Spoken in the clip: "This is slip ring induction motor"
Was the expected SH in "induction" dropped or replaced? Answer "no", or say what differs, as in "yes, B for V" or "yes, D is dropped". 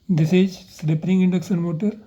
yes, S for SH